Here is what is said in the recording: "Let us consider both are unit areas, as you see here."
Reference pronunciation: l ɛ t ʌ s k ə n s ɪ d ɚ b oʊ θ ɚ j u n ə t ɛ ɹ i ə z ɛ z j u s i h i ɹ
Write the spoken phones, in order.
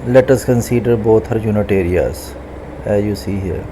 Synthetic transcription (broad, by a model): l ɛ t ʌ s k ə n s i d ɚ b oʊ t ɚ j u n ə t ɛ ɹ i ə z ɛ z j u s i h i ɹ